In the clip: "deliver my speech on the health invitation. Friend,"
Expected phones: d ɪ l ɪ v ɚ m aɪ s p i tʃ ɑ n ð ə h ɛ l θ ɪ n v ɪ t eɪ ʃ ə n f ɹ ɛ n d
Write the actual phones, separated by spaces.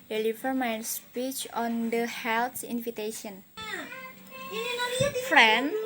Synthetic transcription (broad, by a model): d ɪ l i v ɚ m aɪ s p i tʃ ɑ n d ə h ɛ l t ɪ n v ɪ t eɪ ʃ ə n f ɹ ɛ n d